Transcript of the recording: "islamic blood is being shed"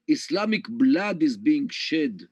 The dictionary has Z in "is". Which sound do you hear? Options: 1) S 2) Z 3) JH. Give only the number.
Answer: 2